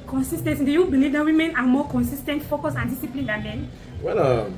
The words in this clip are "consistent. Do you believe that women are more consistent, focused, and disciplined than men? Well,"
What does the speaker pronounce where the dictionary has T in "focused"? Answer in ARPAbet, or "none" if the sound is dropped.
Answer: none